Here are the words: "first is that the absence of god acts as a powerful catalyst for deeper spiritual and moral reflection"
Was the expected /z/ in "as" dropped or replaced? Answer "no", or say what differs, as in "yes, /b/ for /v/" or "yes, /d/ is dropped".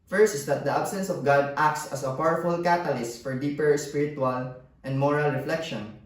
yes, /s/ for /z/